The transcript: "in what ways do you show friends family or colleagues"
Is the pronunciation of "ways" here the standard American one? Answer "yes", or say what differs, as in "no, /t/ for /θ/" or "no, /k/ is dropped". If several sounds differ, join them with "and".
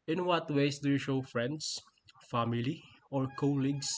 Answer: no, /s/ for /z/